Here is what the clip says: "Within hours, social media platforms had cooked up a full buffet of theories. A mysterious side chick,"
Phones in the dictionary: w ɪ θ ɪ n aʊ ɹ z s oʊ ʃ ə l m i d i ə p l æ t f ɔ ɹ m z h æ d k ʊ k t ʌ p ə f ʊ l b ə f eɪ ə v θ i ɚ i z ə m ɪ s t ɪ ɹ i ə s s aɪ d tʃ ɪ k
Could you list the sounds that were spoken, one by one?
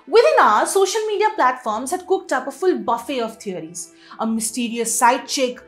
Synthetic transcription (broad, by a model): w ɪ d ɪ n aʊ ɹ s oʊ ʃ ə l m i d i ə p l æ t f ɔ ɹ m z h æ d k ʊ k t ʌ p ə f ʊ l b ə f eɪ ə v t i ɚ i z ə m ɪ s t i ɹ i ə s s aɪ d tʃ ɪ k